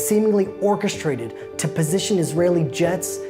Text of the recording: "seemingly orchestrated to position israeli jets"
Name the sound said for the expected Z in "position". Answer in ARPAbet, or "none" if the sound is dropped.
Z